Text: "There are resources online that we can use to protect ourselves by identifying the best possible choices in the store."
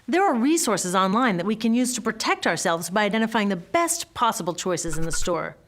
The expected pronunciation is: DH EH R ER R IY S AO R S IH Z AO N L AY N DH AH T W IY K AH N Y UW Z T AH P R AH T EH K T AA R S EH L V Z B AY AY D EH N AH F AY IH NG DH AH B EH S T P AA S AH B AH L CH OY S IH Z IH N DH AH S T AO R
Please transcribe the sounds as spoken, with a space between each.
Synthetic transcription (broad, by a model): DH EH R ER R IY S AO R S IH Z AO N L AY N DH AH T W IY K AH N Y UW Z T AH P R AH T EH K T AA R S EH L V Z B AY AY D EH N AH F AY IH NG DH AH B EH S T P AA S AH B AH L CH OY S IH Z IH N DH AH S T AO R